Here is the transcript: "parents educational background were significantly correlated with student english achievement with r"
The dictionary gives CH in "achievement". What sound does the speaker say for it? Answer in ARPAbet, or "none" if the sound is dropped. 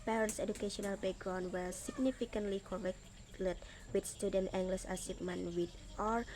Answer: S